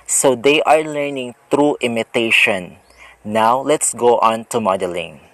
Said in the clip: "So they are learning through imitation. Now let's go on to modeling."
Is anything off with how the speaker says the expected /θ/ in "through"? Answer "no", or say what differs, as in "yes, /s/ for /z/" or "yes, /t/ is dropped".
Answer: yes, /t/ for /θ/